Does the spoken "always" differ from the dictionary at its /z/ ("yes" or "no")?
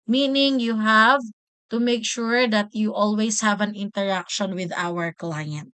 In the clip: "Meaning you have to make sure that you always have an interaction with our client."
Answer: yes